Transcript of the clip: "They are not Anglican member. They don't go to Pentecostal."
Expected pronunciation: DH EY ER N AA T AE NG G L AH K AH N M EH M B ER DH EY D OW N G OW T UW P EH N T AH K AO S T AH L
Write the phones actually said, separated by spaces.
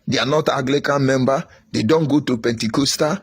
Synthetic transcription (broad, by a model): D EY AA N AA T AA G L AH K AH N M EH M B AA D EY D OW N G OW T UW P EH N T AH K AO S T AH